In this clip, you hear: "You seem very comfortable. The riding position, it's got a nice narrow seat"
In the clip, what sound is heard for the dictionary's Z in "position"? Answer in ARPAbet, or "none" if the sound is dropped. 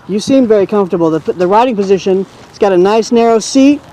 Z